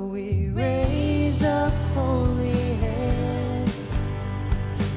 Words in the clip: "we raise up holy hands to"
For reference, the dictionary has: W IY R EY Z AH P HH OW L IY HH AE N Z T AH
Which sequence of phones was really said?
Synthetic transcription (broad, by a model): W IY R EY Z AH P HH OW L IY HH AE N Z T